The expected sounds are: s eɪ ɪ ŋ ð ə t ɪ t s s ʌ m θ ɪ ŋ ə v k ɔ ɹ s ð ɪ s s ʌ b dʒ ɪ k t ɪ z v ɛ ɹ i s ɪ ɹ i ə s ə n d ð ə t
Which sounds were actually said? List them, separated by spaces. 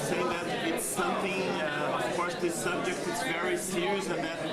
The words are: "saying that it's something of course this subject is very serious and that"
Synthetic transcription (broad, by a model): s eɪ ɪ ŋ ð ə t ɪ t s s ʌ m θ ɪ ŋ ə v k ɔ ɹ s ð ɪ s s ʌ b dʒ ɪ k t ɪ s v ɛ ɹ i s ɪ ɹ i ə s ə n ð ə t